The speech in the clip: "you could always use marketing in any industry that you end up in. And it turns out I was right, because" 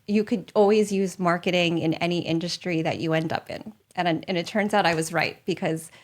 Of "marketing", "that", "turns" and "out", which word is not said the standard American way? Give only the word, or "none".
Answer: none